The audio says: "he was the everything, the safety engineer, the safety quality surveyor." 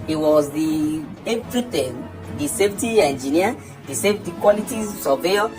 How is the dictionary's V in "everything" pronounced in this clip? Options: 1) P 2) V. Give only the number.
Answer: 1